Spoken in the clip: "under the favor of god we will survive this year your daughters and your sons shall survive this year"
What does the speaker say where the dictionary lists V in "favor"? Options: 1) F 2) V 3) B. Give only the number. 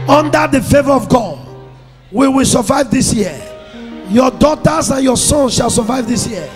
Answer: 2